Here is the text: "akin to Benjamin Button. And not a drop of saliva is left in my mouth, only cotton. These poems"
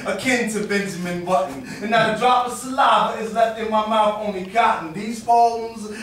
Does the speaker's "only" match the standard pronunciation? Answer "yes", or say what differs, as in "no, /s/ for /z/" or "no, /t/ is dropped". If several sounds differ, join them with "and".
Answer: no, /l/ is dropped